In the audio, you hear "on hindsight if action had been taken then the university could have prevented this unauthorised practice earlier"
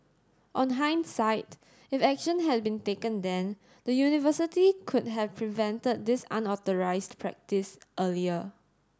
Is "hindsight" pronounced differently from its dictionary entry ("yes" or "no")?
no